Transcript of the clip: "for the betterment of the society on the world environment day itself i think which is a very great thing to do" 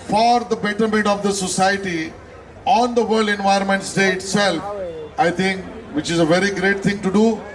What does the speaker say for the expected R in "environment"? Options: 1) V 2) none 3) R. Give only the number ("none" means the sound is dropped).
2